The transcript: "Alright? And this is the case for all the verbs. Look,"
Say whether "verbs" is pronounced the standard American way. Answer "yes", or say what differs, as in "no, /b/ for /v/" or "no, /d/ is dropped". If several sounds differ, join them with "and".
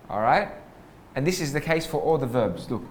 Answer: yes